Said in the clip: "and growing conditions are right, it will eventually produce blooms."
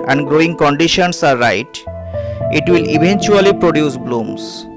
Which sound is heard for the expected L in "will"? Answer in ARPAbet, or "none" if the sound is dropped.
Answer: L